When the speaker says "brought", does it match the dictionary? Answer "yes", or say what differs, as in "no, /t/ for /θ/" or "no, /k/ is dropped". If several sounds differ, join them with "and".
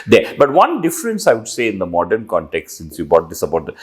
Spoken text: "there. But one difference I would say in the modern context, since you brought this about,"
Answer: no, /ɹ/ is dropped